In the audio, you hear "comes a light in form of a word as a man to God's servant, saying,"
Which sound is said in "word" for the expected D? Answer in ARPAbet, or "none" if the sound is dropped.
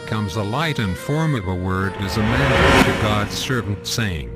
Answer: D